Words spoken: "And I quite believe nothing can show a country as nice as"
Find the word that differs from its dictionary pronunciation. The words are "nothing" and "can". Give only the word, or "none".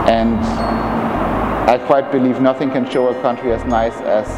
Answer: none